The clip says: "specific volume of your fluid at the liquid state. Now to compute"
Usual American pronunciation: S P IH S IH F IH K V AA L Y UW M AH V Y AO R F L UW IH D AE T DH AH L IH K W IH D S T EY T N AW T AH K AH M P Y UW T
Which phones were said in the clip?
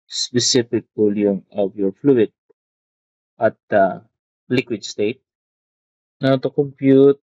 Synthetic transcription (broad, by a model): S P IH S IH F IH K P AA L Y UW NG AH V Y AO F L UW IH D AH T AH L IH K W IH D S T EY T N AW T AH K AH M P Y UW T